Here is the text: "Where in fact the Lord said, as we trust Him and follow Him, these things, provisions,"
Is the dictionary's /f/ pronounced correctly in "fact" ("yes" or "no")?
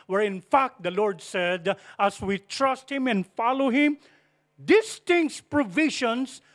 yes